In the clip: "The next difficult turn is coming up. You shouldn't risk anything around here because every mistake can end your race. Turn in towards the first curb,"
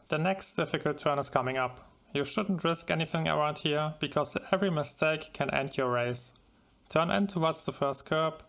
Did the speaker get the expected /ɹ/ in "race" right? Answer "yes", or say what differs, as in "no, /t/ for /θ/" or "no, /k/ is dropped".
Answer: yes